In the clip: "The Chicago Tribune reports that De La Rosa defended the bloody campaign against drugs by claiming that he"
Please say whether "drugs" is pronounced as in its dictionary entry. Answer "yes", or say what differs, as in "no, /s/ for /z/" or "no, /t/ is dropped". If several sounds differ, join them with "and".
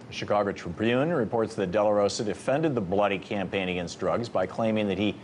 yes